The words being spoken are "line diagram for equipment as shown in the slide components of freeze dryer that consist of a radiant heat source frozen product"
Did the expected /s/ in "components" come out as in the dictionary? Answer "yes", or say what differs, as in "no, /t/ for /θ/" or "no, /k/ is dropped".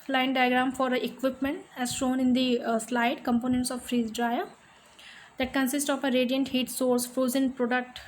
yes